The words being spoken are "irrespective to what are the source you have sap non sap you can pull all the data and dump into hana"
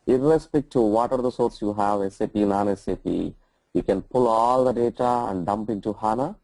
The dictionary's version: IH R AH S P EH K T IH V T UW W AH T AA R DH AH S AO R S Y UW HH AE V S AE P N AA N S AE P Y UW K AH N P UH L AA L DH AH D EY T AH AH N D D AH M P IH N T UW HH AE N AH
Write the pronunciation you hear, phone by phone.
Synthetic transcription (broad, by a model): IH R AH S P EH K T T UW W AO T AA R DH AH S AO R S Y UW HH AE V S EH P N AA N S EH P Y UW K AH N P UH L AA L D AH D EY T AH AH N D D AH M P IH N T UW HH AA N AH